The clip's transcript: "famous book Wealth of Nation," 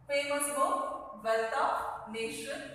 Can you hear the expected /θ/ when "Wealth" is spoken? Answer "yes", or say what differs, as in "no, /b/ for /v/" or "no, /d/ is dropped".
no, /t/ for /θ/